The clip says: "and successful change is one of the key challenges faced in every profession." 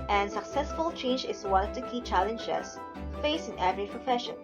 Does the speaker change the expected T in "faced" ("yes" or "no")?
yes